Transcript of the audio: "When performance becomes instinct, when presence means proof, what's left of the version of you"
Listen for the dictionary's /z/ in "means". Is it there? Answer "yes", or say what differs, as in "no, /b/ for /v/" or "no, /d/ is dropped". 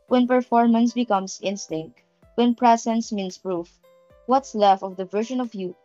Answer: no, /s/ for /z/